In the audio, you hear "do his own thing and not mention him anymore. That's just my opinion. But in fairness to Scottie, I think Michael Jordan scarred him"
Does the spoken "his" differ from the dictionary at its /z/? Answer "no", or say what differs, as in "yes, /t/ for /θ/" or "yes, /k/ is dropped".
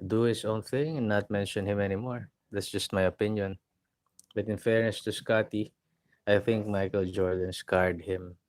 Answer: yes, /s/ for /z/